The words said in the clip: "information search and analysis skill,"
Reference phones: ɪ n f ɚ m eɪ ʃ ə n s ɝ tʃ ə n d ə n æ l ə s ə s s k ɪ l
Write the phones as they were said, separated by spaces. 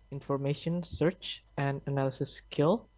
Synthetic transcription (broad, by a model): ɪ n f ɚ m eɪ ʃ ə n s ɝ tʃ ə n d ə n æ l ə s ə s s k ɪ l